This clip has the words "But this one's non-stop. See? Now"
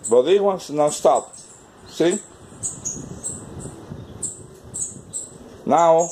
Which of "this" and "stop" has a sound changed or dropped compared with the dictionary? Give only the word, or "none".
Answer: this